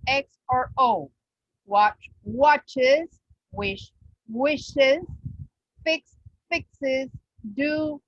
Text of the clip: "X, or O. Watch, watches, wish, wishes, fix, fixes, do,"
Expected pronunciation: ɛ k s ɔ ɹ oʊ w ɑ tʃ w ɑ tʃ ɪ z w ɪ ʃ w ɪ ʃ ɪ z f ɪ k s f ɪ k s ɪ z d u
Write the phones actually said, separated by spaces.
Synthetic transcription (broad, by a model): ɛ k s ɔ ɹ oʊ w ɑ tʃ w ɑ tʃ ɪ z w ɪ ʃ w ɪ ʃ ɪ z f ɪ k s f ɪ k s ɪ z d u